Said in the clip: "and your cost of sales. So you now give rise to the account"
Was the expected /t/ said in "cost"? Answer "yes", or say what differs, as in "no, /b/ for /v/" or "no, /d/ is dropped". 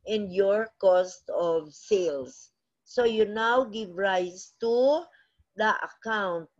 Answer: yes